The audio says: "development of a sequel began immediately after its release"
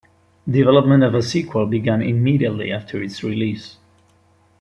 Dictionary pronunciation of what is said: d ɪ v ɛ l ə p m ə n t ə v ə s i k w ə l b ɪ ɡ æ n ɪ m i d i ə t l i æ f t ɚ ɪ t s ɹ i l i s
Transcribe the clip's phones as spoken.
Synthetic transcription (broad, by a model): d ɪ v ɛ l ə p m ə n t ə v ə s i k w ə l b ɪ ɡ æ n ɪ m i d i ə t l i æ f t ɚ ɪ t s ɹ i l i s